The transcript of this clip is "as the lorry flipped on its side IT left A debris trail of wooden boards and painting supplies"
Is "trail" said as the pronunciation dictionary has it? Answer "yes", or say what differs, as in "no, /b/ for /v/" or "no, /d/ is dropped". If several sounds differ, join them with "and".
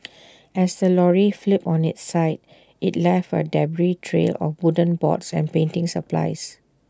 yes